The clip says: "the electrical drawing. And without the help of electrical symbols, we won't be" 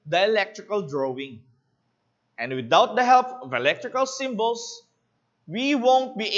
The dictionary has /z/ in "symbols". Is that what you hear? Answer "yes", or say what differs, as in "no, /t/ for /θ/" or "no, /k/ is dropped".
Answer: no, /s/ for /z/